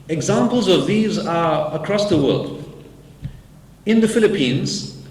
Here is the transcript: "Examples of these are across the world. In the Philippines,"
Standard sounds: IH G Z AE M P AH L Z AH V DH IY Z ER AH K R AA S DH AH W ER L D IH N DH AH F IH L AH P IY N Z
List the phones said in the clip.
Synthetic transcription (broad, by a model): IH G Z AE M P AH L Z AH V DH IY Z ER AH K R AA S DH AH W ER L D IH N DH AH F IH L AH P IY N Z